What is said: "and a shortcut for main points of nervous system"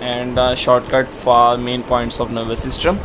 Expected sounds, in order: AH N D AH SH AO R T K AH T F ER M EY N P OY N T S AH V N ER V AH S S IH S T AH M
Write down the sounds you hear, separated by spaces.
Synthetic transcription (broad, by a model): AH N D SH AO R T K AH T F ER M EY N P OY N T S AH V N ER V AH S S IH S T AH M